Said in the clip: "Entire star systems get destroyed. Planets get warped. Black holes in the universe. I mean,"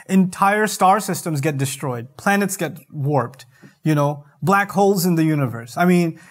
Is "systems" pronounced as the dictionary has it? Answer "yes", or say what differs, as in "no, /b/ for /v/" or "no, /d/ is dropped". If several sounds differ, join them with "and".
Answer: yes